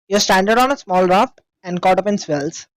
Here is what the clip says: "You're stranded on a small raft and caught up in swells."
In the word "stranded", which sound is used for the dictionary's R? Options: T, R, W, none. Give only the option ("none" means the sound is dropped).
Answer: none